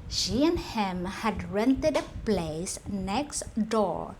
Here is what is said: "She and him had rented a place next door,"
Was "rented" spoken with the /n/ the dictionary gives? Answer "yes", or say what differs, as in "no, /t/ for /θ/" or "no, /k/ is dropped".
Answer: yes